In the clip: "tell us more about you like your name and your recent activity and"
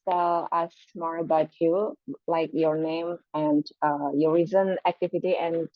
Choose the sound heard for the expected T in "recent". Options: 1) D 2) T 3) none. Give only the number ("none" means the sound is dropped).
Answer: 3